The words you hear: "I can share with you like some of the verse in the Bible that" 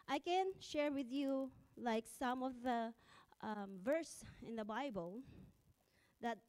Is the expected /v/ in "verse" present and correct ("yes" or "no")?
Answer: yes